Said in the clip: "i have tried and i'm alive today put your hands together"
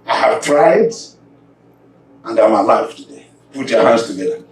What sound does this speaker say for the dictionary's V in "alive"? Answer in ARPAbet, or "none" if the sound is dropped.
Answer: F